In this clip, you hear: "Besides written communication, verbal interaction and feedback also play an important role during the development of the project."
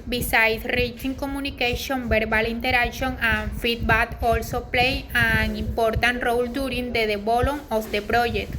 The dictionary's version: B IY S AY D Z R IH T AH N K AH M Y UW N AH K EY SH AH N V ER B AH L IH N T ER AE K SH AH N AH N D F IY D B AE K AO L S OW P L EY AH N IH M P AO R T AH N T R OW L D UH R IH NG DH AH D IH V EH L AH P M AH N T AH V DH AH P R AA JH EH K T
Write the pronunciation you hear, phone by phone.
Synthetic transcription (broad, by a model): B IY S AY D R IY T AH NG K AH M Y UW N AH K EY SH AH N B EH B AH L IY N T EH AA K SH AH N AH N F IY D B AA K AO L S OW P L EY AH N IH M P AO R T AH N T R OW L D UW R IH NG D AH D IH B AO L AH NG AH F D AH P R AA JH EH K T